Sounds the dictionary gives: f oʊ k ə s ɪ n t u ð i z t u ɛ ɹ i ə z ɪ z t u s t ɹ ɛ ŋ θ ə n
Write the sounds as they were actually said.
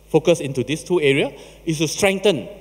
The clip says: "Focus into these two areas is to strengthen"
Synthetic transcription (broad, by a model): f oʊ k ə s ɪ n t u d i s t u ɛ ɹ i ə ɪ s t u s t ɹ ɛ ŋ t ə n